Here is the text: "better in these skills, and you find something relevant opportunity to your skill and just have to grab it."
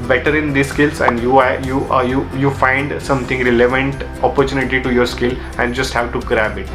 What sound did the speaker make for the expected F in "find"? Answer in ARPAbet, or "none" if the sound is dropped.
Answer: F